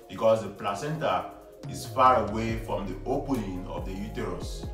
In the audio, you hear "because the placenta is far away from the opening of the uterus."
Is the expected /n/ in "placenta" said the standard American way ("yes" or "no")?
yes